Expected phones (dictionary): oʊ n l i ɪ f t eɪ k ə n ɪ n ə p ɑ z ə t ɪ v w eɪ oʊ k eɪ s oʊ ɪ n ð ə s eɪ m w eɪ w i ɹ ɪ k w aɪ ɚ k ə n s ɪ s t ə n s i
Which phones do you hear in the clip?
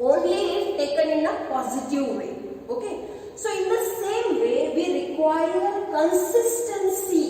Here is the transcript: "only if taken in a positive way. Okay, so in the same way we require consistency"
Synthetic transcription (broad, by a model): oʊ n l i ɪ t t eɪ k ə n ɪ n ə p ɑ z ə t ɪ v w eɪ oʊ k eɪ s oʊ ɪ n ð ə s eɪ m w eɪ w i ɹ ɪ k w aɪ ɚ k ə n s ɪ s t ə n s i